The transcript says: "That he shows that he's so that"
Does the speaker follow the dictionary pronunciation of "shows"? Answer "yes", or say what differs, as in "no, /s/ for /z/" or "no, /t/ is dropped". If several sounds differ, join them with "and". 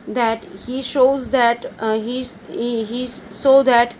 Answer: yes